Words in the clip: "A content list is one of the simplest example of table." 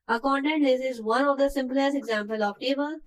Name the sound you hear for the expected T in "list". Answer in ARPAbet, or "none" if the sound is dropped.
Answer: none